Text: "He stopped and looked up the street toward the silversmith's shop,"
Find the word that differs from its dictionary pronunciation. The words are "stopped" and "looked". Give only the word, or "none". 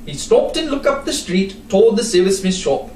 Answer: looked